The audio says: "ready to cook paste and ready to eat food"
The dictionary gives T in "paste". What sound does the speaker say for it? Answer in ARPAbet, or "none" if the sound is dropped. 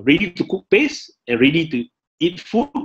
none